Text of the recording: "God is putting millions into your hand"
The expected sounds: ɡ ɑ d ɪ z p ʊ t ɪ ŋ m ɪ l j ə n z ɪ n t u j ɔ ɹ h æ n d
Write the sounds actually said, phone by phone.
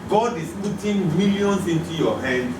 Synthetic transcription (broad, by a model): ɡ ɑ d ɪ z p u t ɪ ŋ m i l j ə n s ɪ n t u j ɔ h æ n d